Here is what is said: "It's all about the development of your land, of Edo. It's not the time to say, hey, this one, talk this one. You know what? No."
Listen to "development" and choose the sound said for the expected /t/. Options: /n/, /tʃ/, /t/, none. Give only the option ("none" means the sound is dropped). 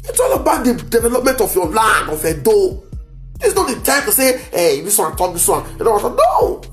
/t/